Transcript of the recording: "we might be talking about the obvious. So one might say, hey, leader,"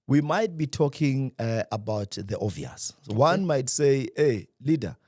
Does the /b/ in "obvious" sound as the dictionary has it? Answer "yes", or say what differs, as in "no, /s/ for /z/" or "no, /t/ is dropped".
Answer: no, /b/ is dropped